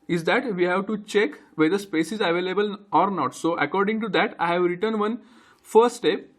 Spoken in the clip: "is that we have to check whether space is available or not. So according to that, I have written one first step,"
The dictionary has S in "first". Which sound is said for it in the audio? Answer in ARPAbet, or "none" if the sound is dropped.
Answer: none